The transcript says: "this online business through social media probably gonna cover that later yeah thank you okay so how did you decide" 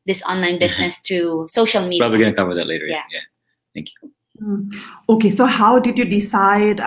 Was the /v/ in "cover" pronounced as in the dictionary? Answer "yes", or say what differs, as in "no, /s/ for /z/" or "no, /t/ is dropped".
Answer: no, /w/ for /v/